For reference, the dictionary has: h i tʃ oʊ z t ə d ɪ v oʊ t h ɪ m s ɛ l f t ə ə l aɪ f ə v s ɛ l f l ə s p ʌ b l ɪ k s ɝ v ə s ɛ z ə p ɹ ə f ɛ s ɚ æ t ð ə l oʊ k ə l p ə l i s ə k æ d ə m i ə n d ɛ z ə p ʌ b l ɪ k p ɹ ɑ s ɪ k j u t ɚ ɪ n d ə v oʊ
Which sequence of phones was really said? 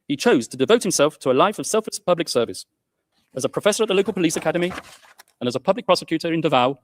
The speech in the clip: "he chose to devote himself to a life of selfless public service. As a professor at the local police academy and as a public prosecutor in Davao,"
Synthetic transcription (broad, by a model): h i tʃ oʊ z t ə d ɪ v oʊ t h ɪ m s ɛ l f t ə ə l aɪ f ə v s ɛ l f l ə s p ʌ b l ɪ k s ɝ v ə s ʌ z ə p ɹ ə f ɛ s ɚ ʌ t ð ə l oʊ k ə l p ə l i s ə k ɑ d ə m i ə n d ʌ z ə p ʌ b l ɪ k p ɹ ɑ s ɪ k j u t ɚ ɪ n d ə v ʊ